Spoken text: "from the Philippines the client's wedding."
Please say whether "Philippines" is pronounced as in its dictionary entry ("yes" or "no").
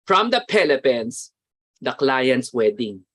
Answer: no